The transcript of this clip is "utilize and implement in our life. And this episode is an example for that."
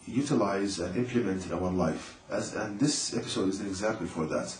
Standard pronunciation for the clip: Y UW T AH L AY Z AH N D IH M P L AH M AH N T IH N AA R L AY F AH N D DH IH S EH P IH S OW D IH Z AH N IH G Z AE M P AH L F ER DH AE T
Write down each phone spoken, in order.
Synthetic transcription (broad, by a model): Y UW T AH L AY Z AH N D IH M P L AH M AH N T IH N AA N L AY F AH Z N DH IH S EH P IH S OW D IH Z AH N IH G Z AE M P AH L F ER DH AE T